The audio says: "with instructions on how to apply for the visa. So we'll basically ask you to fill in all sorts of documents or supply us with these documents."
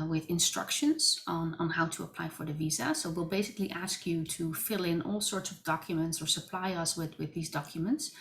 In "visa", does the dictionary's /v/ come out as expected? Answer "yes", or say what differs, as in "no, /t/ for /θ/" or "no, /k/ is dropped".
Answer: yes